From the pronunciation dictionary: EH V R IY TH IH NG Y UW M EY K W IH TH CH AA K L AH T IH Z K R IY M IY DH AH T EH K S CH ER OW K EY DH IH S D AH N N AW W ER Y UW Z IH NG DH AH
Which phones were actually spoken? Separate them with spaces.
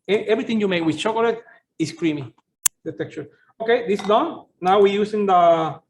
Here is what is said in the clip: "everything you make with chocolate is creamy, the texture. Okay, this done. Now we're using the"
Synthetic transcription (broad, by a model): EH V R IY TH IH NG Y UW M EY K W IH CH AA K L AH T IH S K R IY M IY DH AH T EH K CH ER OW K EY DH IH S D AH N N AW W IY Y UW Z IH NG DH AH